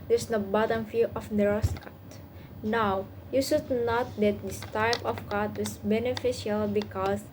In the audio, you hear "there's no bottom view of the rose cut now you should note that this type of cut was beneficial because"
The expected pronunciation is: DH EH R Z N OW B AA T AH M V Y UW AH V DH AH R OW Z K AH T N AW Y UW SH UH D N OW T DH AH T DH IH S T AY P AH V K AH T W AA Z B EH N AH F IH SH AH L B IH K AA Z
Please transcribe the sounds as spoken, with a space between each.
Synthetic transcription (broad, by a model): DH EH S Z N OW B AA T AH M F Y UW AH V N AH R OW S K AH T N AW Y UW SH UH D N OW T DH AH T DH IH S T AY P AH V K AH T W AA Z B EH N AH F IH SH AH L B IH K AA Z